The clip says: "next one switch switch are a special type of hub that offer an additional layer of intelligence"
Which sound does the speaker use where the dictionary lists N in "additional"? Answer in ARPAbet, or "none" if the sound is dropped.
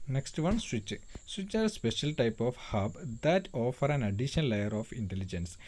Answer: none